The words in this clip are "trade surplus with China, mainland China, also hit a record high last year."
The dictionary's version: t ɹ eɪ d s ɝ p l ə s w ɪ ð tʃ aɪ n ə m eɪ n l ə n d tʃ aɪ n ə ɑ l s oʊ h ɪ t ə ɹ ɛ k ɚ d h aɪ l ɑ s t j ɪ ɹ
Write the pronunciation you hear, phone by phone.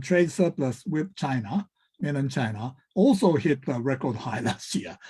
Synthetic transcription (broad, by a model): t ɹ eɪ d s ɝ p l ə s w ɪ ð tʃ aɪ n ə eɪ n ə n tʃ aɪ n ə ɑ l s oʊ h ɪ t ə ɹ ɛ k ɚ d h aɪ l ɑ s t j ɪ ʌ